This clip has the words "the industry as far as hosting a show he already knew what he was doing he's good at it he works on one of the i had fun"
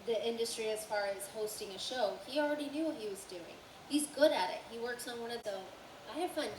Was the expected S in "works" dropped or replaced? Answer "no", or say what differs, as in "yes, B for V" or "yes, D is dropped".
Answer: no